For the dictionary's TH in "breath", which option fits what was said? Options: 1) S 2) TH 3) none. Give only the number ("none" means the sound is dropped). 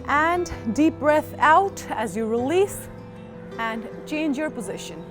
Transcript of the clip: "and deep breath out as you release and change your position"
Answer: 2